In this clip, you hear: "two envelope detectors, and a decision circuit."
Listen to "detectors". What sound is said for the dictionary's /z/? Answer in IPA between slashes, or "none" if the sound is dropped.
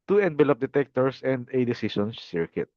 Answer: /s/